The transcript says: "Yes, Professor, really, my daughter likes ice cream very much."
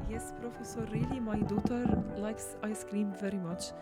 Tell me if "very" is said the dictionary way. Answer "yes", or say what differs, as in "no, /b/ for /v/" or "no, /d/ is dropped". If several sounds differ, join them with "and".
yes